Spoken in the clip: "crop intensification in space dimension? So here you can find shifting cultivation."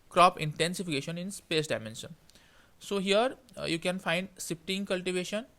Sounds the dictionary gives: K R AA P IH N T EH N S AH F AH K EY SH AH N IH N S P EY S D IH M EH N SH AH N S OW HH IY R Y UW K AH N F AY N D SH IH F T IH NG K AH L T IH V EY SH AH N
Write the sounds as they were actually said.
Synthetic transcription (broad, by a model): K R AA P IH N T EH N S AH F AH K EY SH AH N IH N S P EY S D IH M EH N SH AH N S OW HH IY R Y UW K AH N F AY N D S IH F T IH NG K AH L T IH V EY SH AH N